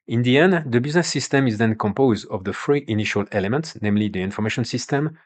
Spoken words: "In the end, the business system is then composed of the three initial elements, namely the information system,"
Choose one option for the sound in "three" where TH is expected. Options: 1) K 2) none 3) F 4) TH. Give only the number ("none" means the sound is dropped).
3